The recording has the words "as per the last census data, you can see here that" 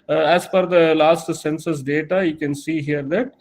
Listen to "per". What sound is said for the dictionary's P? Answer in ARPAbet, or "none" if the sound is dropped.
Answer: F